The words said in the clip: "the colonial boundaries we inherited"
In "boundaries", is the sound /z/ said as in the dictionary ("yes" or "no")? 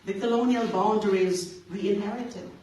yes